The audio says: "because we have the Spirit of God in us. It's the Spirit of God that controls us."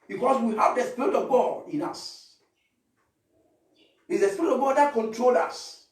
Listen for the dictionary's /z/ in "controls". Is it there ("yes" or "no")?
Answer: no